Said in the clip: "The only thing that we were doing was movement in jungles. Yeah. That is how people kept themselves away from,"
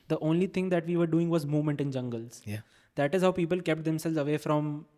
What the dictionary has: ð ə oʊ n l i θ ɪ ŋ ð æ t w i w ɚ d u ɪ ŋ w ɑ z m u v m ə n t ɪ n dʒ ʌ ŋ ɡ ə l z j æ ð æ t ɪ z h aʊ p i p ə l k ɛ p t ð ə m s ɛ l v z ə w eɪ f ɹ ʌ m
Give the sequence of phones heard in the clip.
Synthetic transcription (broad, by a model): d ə oʊ n l i t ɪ ŋ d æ t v i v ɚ d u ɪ ŋ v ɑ z m u v m ə n t ɪ n dʒ ʌ ŋ ɡ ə l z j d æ t ɪ z h aʊ p i p ə l k ɛ p t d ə m s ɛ l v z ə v eɪ f ɹ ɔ m